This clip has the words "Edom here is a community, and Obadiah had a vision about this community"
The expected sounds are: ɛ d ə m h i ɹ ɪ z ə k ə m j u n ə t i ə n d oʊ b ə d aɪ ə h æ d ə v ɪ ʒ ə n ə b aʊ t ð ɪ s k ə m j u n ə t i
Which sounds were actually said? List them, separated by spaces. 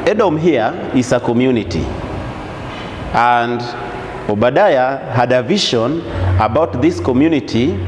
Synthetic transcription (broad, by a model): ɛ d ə m h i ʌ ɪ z ə k ə m j u n ə t i ə n d oʊ b ə d aɪ ə h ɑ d ə v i ʃ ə n ə b aʊ t ð ɪ s k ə m j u n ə t i